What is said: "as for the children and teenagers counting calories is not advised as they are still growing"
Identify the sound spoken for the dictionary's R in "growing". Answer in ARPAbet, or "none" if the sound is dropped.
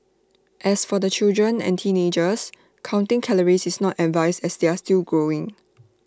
R